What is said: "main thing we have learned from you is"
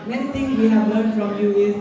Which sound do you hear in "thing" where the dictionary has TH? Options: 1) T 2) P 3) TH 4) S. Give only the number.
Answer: 1